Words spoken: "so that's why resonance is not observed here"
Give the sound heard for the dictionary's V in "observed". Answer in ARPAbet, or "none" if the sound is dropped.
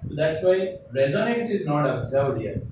none